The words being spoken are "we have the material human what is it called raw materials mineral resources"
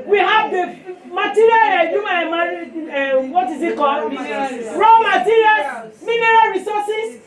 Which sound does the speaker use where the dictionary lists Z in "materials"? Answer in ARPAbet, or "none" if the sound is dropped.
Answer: none